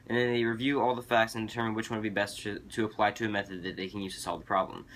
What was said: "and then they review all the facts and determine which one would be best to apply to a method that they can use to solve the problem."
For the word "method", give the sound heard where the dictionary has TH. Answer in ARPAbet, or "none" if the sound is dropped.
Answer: TH